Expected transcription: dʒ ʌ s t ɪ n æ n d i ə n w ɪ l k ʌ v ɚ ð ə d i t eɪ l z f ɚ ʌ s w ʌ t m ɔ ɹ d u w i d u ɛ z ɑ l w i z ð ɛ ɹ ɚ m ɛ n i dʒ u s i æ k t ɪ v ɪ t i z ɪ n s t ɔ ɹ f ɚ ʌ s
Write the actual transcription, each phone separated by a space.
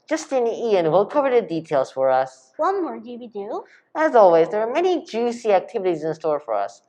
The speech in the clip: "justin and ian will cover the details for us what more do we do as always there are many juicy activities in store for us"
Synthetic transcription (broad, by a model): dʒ ʌ s t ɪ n n i ə n w ɪ l k ʌ v ɚ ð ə d i t eɪ l z f ɚ ʌ s w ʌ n m ɔ ɹ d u w i d u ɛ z ɑ l w i z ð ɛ ɹ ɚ m ɛ n i dʒ u s i æ k t ɪ v ɪ t i z ɪ n s t ɔ ɹ f ɚ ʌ s